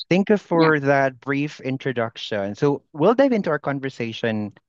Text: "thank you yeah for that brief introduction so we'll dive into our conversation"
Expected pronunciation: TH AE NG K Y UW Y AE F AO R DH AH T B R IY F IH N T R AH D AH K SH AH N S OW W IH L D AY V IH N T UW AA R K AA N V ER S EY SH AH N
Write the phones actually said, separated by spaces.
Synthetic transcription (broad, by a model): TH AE NG K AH F AO R DH AH T B R IY F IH N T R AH D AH K SH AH N S OW W IH L D AY V IH N T UW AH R K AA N V ER S EY SH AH N